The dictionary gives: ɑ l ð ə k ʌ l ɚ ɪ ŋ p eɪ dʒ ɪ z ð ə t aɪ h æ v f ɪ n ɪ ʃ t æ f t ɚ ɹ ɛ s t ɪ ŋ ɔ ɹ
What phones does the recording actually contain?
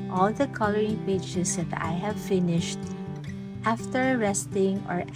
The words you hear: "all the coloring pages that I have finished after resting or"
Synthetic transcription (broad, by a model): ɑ l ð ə k ʌ l ɚ ɪ ŋ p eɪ tʃ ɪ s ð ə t aɪ h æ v f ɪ n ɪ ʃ t æ f t ɚ ɹ ɛ s t ɪ ŋ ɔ ɹ